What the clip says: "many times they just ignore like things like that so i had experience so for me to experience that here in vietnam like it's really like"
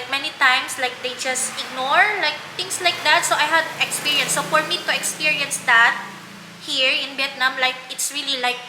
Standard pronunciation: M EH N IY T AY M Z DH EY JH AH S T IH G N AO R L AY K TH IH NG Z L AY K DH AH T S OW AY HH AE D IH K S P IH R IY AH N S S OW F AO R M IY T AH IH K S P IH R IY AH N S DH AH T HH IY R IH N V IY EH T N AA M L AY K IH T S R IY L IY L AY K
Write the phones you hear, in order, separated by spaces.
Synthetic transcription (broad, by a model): M EH N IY T AY M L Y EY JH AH S T IH G N AO R L AY K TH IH NG S L AY K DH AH T S OW AY HH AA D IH K S P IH R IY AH N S S OW F AO R M IY T AH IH K S P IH R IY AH N S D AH T HH IY R IH N B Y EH T N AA M L AY K IH T S R IY L IY L AY K